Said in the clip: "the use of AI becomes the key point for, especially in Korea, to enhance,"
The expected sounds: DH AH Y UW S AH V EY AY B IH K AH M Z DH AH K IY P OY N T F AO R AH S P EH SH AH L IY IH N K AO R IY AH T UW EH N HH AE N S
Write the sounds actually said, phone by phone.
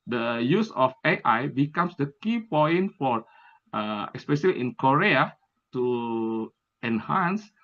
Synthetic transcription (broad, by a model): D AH Y UW S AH F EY AY B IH K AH M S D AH K IY P OY N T F AO R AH S P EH S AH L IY IH N K AO R IY AH T UW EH N HH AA N S